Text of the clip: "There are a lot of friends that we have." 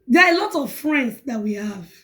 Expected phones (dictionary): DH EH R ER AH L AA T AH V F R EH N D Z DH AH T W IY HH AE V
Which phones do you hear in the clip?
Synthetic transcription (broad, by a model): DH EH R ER AH L AA T AH V F R EH N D S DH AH T W IY HH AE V